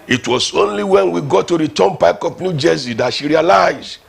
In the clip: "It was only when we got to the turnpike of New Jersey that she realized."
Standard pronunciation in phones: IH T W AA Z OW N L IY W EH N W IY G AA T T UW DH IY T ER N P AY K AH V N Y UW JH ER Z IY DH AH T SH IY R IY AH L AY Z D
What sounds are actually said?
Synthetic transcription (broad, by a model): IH T W AA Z OW N L IY W EH N W IY G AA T T UW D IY T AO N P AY K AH P N Y UW JH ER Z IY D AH T SH IY R IY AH L AY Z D